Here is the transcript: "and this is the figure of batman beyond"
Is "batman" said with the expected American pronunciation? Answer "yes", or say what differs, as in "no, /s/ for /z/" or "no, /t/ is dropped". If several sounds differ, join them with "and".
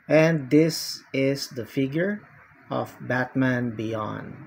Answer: yes